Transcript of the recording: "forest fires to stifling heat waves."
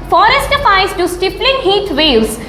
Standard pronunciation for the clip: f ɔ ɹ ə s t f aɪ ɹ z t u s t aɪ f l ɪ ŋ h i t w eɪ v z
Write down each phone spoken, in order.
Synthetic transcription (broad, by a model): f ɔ ɹ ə s t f aɪ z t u s t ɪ p l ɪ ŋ h i t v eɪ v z